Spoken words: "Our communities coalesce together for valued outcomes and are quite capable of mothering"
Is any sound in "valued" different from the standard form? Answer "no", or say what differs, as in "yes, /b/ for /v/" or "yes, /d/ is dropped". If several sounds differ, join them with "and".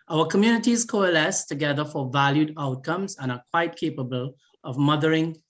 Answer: no